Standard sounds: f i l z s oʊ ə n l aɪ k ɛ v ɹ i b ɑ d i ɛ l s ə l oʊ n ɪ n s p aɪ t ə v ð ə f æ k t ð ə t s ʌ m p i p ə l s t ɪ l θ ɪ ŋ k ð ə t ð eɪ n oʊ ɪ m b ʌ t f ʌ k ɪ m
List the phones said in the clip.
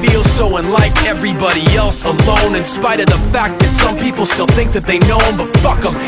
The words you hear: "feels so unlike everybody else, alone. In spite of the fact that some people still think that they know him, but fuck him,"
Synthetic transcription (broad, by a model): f i l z s oʊ ə n l aɪ k ɛ v ɹ i b ɑ d i ɛ l s ə l oʊ n ɪ n s p aɪ t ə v ð ə f æ k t ð ə t s ʌ m p i p l s t ɪ l θ ɪ ŋ k ð ə t ð eɪ n oʊ ɪ m b ʌ t f ʌ k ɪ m